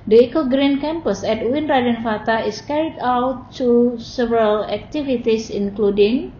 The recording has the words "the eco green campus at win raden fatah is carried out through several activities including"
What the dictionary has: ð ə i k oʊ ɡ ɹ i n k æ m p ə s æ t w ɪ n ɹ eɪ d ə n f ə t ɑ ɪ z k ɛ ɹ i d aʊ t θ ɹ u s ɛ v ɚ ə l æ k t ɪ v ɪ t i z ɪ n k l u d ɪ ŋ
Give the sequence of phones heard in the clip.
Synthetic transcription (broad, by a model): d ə i k oʊ ɡ ɹ i n k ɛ m p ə s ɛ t w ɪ n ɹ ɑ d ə n f ə t ɑ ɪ s k ɛ ɹ i d aʊ t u s ɛ v ɚ ə l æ k t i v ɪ t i s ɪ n k l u d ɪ ŋ